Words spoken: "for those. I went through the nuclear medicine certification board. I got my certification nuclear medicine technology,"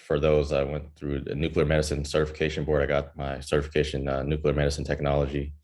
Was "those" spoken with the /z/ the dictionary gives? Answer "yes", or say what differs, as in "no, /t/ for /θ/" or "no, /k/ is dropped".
yes